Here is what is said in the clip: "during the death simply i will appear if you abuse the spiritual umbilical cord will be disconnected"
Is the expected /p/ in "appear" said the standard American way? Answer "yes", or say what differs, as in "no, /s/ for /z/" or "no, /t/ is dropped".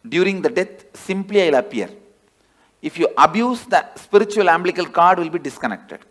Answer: no, /p/ is dropped